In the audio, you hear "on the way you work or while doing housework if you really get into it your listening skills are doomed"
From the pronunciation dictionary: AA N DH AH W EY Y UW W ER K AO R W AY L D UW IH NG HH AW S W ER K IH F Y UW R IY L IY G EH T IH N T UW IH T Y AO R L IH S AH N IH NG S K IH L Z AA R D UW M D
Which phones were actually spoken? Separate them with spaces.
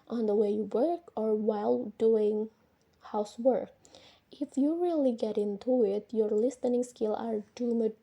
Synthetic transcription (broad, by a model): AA N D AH W EY Y UW W ER K AO R W AY L D UW IH NG HH AW S W ER K IH F Y UW R IY L IY G EH T IH N T UW IH T Y AO R L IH S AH N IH NG S K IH L AA R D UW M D